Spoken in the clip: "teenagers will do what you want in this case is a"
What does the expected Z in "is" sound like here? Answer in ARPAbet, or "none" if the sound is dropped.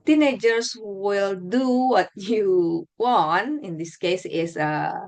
S